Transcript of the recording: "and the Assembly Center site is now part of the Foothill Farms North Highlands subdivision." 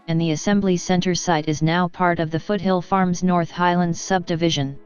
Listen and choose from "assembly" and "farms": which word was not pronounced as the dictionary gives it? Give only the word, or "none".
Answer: none